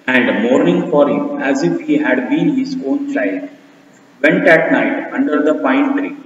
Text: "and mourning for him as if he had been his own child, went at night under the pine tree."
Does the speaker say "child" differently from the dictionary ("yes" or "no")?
no